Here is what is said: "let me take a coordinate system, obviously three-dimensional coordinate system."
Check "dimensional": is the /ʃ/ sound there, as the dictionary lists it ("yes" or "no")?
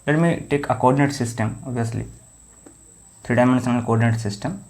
no